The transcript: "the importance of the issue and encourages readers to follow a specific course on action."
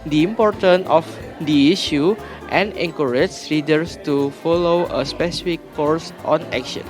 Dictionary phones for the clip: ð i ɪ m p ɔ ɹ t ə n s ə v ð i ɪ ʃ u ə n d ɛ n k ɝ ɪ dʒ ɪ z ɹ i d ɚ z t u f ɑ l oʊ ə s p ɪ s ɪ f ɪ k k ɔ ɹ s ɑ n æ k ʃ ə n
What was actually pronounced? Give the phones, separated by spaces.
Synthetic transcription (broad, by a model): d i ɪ m p ɔ ɹ t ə n ə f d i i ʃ u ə n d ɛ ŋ k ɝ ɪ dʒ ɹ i d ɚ s t u f ɑ l oʊ ə s p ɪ s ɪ f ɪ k k ɔ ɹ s ɑ n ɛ k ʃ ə n